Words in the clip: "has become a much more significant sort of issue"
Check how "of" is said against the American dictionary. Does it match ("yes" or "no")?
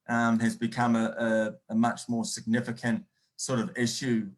yes